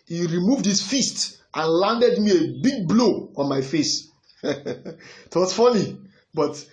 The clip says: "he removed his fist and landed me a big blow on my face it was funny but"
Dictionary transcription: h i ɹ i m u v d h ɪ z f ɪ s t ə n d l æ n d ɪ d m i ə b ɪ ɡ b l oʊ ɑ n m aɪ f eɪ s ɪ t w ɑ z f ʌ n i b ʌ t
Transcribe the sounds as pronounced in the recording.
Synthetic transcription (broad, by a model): h i ɹ i m u v d h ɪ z f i s t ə n l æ n d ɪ d m i ə b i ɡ b l oʊ ɑ n m aɪ f eɪ s t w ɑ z f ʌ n i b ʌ t